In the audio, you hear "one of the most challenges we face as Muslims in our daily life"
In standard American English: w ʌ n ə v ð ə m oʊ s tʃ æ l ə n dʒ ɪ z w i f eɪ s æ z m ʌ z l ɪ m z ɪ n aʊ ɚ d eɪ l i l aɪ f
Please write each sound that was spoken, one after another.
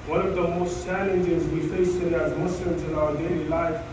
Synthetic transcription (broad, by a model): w ʌ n ə v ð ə m oʊ s tʃ æ l ə n dʒ ɪ z w i f eɪ s æ z m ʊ s l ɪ m z ɪ n aʊ ɚ d eɪ l i l aɪ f